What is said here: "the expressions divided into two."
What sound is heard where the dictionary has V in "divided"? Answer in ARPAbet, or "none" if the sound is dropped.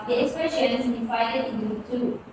F